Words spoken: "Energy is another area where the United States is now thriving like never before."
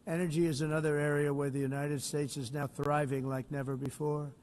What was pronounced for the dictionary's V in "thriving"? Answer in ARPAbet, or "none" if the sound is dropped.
V